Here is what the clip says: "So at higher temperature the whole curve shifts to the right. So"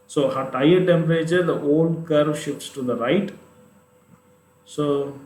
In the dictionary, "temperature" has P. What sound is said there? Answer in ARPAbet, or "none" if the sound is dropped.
none